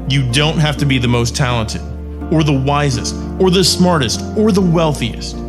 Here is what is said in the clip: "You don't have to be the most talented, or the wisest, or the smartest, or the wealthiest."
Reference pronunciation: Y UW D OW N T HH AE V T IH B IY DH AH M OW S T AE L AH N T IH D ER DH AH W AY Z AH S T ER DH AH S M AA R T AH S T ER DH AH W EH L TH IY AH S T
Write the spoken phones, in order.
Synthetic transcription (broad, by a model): Y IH D OW N T HH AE F T IH B IY DH AH M OW S T AE L AH N T IH D ER DH AH W AY Z AH S T ER DH AH S M AA R T AH S T ER DH AH W EH L TH IY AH S T